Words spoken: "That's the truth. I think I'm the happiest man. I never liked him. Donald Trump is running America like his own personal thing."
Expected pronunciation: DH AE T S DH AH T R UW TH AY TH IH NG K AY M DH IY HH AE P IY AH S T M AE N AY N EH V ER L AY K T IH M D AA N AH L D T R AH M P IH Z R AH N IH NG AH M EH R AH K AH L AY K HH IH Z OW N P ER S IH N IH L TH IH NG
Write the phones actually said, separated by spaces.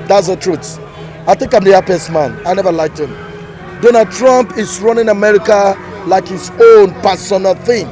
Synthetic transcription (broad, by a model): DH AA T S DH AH T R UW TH AY TH IH NG K AY M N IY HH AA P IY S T M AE N AY N EH V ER L AY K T IH M D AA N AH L D T R AH M P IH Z R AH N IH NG AH M EH R AH K AH L AY K HH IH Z OW N P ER S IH N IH L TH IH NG